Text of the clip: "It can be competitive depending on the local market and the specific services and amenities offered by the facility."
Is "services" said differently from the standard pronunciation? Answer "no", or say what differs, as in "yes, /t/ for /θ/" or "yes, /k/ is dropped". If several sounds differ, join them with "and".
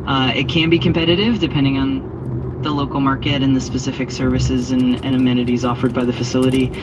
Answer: no